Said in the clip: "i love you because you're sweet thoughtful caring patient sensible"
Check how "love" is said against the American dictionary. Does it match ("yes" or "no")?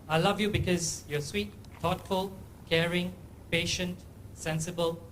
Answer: yes